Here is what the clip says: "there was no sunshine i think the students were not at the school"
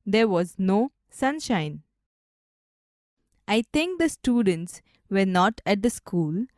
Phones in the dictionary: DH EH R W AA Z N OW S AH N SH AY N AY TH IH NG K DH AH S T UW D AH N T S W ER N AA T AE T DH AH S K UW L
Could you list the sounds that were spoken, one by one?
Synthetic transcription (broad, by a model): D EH R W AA Z N OW S AH N SH AY N AY T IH NG K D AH S T UW D AH N T S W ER N AA T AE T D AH S K UW L